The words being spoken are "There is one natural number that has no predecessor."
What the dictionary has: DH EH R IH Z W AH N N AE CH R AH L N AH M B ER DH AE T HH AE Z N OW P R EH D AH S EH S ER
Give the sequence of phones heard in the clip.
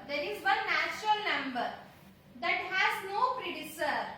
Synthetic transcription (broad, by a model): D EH R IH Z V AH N N AE CH R AH L N AH M B ER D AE T HH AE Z N OW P R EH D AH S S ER